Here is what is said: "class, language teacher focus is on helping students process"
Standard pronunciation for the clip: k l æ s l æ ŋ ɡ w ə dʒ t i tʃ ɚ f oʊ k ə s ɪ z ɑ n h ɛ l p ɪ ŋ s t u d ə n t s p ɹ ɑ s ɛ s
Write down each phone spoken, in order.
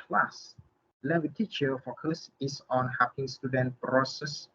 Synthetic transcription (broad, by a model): l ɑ s l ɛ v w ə t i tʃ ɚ f oʊ k ə s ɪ s ɑ n h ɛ p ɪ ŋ s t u d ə n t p ɹ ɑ s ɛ s